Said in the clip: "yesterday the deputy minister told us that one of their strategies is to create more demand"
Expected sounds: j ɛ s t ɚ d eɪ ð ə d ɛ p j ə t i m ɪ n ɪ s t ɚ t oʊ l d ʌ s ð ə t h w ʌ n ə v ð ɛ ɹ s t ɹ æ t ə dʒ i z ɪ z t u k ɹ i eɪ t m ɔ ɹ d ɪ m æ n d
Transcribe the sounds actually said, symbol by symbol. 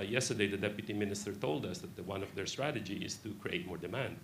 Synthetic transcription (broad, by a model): j ɛ s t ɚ d eɪ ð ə d ɛ p j ə t i m ɪ n ɪ s t ɚ t oʊ l d ʌ s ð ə t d w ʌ n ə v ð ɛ ɹ s t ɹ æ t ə dʒ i ɪ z t u k ɹ i eɪ t m ɔ ɹ d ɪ m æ n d